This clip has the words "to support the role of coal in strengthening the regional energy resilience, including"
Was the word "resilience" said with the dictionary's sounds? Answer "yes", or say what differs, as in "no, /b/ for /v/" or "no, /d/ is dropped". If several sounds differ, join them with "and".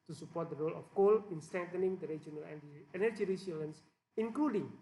no, /s/ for /z/